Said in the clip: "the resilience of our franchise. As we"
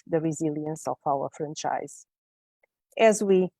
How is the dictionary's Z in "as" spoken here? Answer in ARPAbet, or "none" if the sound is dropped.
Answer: Z